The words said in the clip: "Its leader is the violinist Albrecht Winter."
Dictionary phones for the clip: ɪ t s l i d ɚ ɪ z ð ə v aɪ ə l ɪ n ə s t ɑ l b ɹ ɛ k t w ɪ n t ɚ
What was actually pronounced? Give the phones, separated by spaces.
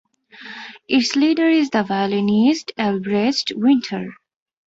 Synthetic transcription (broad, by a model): ɪ t s l i d ɚ ɪ z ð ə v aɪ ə l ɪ n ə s t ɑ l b ɹ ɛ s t w ɪ n t ɚ